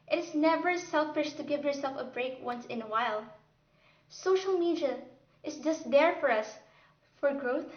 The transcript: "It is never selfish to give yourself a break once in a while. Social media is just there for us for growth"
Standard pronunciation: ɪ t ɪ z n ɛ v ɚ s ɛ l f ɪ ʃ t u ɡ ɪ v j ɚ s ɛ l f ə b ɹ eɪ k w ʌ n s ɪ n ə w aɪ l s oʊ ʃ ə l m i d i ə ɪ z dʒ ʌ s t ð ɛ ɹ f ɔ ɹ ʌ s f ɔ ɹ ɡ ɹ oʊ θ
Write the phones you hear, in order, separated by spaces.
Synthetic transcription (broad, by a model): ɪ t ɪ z n ɛ v ɚ s ɛ l f ɪ ʃ t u ɡ ɪ v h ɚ s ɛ l f ə b ɹ eɪ k w ʌ n s ɪ n ə w aɪ l s oʊ ʃ ə l m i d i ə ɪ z dʒ ʌ s t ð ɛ ɹ f ɔ ɹ ʌ s f ɔ ɹ ɡ ɹ oʊ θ